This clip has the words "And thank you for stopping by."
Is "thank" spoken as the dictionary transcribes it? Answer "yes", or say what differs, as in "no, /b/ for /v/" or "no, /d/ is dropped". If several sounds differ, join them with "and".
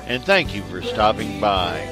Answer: yes